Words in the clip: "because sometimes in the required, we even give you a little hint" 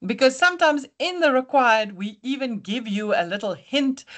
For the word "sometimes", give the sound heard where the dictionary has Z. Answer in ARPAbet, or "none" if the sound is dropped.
Z